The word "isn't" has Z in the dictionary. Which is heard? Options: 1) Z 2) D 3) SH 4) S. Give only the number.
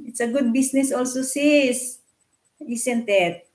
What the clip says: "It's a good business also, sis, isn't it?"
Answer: 4